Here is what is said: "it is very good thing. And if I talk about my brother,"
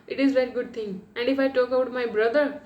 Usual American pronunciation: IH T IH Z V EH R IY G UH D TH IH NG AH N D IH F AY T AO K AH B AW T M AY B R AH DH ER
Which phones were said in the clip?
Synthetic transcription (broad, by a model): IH T IH Z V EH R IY G UH D T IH NG AH N D IH F AY T AO K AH UH T M AY B R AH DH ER